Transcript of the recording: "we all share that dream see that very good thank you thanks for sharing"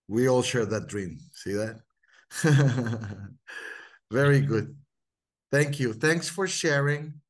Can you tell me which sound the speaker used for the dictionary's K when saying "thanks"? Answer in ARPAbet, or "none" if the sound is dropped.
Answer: K